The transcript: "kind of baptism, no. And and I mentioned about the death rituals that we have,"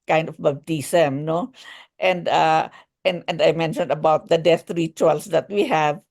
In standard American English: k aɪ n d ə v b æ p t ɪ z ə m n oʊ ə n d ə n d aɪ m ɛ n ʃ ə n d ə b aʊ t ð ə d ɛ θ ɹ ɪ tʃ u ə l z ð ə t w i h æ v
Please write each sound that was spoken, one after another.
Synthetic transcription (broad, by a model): k aɪ n d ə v b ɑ b t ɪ s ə m n oʊ ə n d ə n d aɪ m ɛ n ʃ ə n d ə b aʊ t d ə d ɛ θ ɹ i tʃ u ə l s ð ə t w i h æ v